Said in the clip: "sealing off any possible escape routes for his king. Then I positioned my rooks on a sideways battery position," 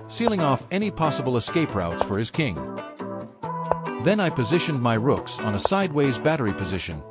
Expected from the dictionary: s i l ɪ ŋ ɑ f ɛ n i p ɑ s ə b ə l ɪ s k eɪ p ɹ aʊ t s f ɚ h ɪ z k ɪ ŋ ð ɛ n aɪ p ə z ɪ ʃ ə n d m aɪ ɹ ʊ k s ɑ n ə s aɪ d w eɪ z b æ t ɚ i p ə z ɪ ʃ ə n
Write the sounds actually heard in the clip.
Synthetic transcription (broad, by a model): s i l ɪ ŋ ɑ f ɛ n i p ɑ s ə b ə l ɪ s k eɪ p ɹ aʊ t s f ɚ ɪ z k ɪ ŋ ð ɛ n aɪ p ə z ɪ ʃ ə n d m aɪ ɹ ʊ k s n ə s aɪ d w eɪ z b æ t ɚ i p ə z ɪ ʃ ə n